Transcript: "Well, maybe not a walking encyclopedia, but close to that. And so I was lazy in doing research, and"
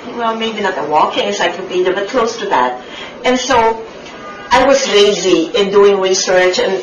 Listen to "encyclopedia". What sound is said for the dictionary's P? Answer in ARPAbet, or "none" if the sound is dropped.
B